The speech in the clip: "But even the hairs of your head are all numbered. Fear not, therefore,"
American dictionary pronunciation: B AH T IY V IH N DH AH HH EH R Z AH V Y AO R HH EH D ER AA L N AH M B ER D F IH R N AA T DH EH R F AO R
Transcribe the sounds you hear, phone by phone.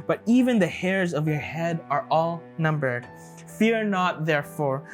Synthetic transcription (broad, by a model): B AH T IY V IH N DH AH HH EH R Z AH V Y AO R HH EH D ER AA L N AH M B ER D F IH R N AA T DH EH R F AO R